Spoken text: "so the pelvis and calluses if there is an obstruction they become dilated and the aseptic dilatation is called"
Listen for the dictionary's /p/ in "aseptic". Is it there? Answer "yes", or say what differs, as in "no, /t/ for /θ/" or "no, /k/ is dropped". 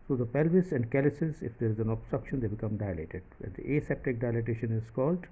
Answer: yes